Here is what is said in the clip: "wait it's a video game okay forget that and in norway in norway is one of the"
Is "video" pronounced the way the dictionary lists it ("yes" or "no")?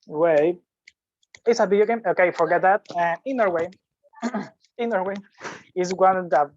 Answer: no